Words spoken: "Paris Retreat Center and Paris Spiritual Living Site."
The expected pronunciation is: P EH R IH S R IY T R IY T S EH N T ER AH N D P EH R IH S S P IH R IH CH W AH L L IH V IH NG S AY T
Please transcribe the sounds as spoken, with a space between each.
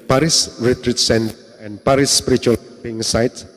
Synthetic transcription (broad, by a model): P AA R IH S R IY T R IY T S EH N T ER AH N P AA R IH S S P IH R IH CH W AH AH P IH NG S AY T